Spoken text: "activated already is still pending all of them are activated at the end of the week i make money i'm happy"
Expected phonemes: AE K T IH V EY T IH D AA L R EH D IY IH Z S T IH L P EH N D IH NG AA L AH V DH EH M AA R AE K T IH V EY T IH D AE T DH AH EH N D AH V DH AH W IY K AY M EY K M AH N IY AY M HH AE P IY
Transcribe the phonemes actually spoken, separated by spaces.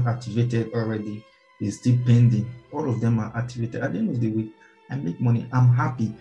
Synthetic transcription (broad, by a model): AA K T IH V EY T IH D AA L R EH D IY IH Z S T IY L P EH N D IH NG AA L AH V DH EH M AA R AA K T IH V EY T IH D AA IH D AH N AH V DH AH W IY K AY M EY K M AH N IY AY M HH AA P IY